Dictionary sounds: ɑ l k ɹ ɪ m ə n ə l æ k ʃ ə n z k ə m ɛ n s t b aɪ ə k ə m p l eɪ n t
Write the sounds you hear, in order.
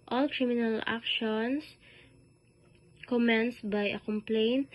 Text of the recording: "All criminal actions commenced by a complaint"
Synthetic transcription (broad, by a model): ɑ l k ɹ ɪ m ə n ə l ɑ k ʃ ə n s k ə m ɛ n s b aɪ ə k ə m p l eɪ n t